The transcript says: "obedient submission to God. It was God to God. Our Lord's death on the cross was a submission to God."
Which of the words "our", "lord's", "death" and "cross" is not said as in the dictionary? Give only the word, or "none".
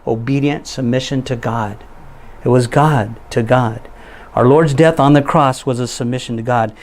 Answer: none